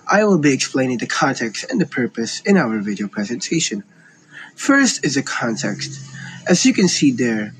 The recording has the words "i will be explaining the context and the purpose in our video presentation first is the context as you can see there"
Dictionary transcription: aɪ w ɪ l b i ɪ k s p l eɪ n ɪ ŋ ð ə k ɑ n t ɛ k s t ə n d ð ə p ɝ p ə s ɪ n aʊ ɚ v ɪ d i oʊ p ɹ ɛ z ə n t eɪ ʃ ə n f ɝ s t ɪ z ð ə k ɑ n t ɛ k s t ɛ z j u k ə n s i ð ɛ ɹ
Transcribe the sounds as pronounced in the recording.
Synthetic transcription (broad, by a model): aɪ w ɪ l b i ɪ k s p l eɪ n ɪ ŋ ð ə k ɑ n t ɛ k s t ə n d ð ə p ɝ p ə s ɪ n aʊ ɚ v ɪ d i oʊ p ɹ ɛ z ə n t eɪ ʃ ə n f ɝ s t ɪ z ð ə k ɑ n t ɛ k s t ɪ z j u k ə n s i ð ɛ ɹ